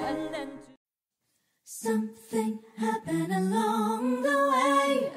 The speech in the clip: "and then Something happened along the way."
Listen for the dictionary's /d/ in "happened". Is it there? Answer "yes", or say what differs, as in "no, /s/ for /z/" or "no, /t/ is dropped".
no, /d/ is dropped